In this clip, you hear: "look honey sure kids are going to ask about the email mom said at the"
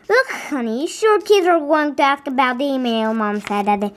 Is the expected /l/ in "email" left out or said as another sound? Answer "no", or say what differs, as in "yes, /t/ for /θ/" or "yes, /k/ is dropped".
no